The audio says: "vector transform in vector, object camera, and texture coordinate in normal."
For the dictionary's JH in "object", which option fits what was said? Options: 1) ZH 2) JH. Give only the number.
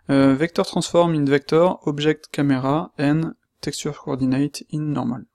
1